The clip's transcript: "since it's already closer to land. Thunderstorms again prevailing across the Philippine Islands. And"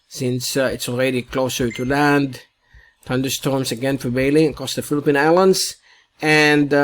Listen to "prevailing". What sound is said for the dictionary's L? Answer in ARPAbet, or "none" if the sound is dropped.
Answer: none